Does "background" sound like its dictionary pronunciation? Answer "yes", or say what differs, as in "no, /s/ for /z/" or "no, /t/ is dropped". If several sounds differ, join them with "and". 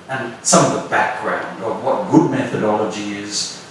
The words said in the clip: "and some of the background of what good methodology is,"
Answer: yes